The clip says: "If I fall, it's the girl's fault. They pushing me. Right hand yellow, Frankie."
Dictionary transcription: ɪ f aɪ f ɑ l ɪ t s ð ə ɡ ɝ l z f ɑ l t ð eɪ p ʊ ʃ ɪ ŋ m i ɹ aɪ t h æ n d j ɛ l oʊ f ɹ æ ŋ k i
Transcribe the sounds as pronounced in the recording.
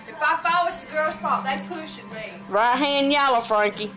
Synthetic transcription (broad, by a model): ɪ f aɪ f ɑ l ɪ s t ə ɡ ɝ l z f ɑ t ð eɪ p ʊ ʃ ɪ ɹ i ɹ aɪ t h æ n j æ l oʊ f ɹ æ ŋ k i